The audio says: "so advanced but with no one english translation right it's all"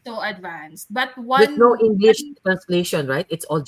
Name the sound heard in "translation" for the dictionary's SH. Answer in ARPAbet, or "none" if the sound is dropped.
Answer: SH